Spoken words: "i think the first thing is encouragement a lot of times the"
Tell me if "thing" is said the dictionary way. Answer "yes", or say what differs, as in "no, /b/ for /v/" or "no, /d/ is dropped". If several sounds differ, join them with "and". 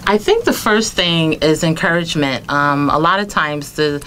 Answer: yes